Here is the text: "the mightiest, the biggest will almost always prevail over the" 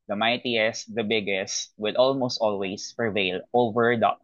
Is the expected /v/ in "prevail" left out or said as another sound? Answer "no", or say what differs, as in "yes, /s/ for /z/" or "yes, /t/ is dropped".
no